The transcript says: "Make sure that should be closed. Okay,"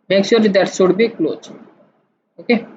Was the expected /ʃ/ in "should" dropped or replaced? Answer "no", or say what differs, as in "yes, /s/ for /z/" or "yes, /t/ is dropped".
yes, /s/ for /ʃ/